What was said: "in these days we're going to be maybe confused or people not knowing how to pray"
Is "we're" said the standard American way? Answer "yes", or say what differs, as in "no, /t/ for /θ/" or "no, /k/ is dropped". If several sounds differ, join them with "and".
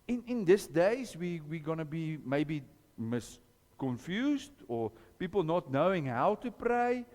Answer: no, /w/ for /ɹ/